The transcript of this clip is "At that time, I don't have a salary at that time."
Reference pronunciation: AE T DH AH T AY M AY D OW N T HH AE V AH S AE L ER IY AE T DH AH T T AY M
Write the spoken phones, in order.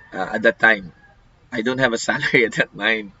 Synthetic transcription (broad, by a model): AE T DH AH T AY M AY D OW N T HH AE V AH S AE L ER IY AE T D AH T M AY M